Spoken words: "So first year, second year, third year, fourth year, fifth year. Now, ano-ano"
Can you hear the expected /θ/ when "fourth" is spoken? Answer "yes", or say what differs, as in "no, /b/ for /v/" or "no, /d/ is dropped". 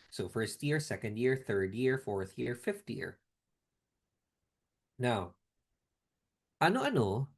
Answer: yes